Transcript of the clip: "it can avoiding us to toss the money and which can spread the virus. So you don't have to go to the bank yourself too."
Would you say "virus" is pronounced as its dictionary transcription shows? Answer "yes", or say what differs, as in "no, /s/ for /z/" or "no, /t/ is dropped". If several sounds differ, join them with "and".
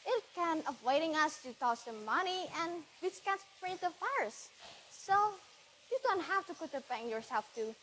no, /f/ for /v/